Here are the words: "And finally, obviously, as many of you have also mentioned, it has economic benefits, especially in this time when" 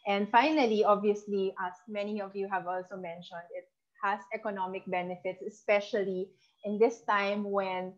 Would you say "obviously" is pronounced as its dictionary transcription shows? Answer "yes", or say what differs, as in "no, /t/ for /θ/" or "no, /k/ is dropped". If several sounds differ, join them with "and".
yes